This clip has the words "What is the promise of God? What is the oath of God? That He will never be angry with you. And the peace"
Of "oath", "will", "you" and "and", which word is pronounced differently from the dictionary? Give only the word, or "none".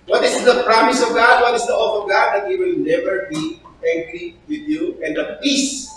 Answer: oath